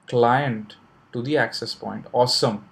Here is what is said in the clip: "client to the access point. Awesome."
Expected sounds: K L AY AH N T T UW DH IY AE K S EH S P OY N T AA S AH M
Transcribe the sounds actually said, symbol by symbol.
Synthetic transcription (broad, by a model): K L AY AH N T T UW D IY AE K S EH S P OY N T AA S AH M